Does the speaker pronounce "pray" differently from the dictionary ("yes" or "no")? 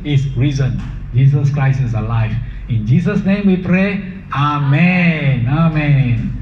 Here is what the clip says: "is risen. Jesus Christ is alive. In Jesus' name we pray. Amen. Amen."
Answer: no